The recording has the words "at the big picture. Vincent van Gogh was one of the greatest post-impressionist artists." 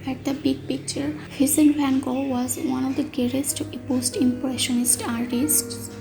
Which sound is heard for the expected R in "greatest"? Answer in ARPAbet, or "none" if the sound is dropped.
none